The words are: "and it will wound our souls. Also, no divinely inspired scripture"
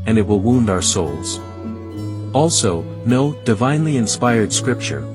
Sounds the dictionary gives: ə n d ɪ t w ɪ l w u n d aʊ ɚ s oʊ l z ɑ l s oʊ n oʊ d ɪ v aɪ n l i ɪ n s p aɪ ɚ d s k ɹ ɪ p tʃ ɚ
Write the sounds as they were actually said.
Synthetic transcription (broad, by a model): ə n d ɪ t w ɪ l w u n d aʊ ɚ s oʊ l z ɑ l s oʊ n oʊ d ɪ v aɪ n l i ɪ n s p aɪ ɚ d s k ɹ ɪ p tʃ ɚ